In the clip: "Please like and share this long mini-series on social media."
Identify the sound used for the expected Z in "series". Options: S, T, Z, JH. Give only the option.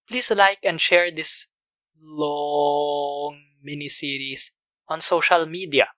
S